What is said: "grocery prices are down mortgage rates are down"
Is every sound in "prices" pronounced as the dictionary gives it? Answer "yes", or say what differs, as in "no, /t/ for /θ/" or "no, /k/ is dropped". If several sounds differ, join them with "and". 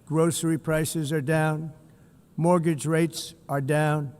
yes